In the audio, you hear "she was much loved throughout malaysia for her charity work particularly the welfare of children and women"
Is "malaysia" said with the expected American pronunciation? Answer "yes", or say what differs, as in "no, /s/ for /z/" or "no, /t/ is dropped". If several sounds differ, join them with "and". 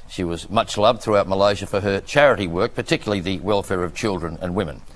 yes